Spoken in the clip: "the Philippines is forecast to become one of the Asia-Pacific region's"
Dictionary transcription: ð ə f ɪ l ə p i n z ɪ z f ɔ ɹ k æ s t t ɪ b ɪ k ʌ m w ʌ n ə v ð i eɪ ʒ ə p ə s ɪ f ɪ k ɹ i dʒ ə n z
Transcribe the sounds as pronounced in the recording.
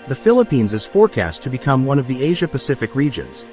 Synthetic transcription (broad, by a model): ð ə f ɪ l ə p i n z ɪ z f ɔ ɹ k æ s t t ɪ b ɪ k ʌ m w ʌ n ə v ð i eɪ ʒ ə p ə s ɪ f ɪ k ɹ i dʒ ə n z